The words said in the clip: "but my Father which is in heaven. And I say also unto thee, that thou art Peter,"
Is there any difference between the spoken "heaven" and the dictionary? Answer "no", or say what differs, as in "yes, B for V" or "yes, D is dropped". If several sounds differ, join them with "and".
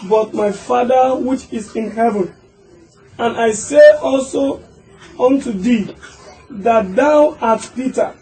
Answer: no